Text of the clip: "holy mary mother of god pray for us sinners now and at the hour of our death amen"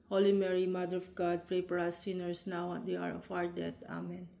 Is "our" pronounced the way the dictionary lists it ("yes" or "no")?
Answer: yes